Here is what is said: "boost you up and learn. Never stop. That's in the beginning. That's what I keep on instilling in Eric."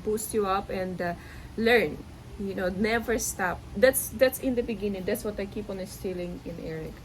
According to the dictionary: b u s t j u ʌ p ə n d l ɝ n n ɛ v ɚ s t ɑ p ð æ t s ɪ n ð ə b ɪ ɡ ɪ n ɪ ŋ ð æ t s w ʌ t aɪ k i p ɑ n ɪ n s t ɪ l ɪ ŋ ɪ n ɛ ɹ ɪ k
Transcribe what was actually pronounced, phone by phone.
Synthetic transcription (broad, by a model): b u s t j u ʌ p ə n d l ɝ n n ɛ v ɚ s t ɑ p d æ t s ɪ n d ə b ɪ ɡ ɪ n ɪ ŋ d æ t s w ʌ t aɪ k i p ɑ n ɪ s t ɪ l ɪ ŋ ɪ n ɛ ɹ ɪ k